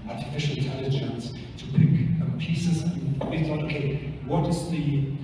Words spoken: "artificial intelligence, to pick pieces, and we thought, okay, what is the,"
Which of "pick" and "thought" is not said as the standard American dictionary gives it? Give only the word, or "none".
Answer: thought